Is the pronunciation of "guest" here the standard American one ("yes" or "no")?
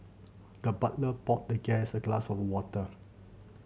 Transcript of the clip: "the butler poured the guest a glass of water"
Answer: no